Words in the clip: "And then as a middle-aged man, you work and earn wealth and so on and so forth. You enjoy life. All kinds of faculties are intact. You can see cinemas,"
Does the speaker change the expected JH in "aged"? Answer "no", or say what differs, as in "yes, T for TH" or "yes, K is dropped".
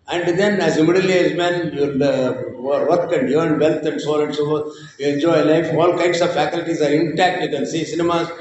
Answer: yes, JH is dropped